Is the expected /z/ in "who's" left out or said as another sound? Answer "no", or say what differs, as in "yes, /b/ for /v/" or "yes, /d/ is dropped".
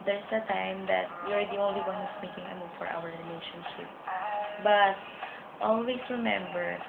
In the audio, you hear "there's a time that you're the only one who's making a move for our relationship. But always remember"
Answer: yes, /s/ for /z/